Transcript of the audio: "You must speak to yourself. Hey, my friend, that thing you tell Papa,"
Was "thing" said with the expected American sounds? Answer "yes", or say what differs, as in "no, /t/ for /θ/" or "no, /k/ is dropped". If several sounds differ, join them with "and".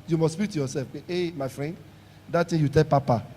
no, /t/ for /θ/